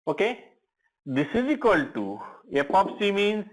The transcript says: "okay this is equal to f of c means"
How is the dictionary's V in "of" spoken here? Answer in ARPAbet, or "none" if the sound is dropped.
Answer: P